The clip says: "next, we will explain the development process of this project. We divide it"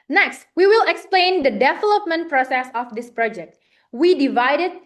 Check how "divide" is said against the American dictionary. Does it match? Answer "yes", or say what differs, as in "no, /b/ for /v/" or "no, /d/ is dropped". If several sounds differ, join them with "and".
yes